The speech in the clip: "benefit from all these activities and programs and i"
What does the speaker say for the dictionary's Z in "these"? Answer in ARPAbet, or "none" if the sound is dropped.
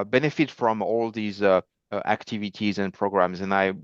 Z